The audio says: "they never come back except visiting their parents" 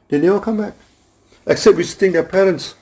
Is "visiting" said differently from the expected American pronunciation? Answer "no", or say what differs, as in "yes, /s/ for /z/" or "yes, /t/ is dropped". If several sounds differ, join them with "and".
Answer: yes, /w/ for /v/